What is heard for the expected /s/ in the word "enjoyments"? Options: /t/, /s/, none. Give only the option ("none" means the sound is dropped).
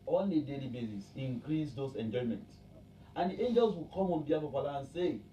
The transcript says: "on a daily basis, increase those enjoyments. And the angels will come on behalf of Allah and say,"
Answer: none